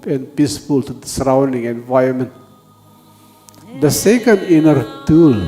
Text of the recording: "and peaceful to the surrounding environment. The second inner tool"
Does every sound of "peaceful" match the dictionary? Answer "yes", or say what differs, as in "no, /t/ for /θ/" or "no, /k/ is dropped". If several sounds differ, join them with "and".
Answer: yes